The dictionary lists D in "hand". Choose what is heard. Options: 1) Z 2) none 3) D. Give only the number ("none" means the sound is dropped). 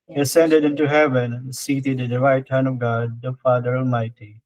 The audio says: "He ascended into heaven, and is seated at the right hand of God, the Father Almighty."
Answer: 2